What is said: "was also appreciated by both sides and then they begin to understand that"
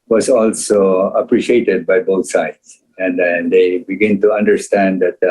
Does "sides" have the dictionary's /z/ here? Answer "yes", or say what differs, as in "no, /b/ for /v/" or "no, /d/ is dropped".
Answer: no, /s/ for /z/